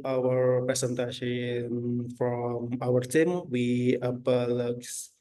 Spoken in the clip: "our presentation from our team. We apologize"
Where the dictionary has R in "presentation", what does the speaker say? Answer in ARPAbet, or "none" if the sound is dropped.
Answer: none